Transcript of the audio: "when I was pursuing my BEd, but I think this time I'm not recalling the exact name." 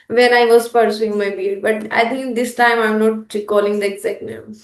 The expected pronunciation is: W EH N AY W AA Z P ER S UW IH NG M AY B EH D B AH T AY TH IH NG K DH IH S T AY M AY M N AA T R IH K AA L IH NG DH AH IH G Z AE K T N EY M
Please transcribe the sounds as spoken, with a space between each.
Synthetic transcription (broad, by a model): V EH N AY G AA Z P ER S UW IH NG M AY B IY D B AH T AY T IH NG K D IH S T AY M AY M N AA T R IH K AA L IH NG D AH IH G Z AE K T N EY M